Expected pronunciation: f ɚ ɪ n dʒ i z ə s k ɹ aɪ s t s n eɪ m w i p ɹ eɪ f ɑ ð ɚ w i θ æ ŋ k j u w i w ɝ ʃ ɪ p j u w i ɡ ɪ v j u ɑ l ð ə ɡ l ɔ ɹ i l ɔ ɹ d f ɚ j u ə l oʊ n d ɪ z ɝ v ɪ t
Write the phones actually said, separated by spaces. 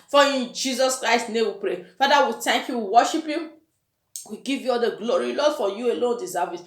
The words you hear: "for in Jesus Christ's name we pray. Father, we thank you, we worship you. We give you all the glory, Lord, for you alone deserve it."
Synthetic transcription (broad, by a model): f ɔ ɪ n dʒ i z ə s k ɹ aɪ s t n eɪ m w i p ɹ eɪ f ɑ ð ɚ w i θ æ ŋ k j u w i w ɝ ʃ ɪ p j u w i ɡ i v j u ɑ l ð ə ɡ l ɔ ɹ i l ɔ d f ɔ j u ə l oʊ n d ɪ s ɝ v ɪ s